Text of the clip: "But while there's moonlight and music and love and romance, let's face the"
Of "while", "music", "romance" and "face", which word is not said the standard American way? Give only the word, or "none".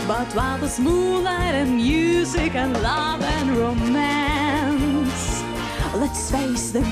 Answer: none